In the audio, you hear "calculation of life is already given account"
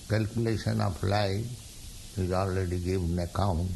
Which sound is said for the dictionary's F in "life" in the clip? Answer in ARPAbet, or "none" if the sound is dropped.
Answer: none